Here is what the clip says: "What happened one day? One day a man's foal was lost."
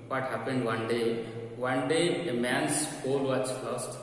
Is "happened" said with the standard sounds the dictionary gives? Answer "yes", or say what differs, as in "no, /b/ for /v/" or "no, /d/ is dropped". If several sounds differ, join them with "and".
yes